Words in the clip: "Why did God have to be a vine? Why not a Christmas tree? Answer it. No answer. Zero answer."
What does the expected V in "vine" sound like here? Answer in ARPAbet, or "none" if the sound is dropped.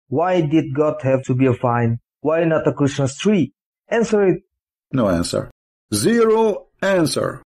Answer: F